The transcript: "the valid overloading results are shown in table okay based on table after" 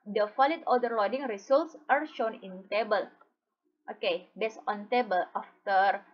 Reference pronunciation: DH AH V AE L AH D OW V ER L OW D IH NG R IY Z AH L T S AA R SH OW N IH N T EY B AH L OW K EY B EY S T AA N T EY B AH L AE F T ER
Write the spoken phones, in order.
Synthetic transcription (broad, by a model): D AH F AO L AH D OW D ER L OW D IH NG R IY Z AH L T S AA R SH OW N IH N T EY B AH L OW K EY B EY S AA N T EY B AH L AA F T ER